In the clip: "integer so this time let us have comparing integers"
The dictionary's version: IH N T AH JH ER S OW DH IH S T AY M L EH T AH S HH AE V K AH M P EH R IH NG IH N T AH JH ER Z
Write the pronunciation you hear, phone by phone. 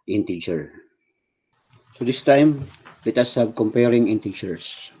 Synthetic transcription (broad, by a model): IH N T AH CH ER S OW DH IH S T AY M W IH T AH S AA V K AH M P EH R IH NG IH N T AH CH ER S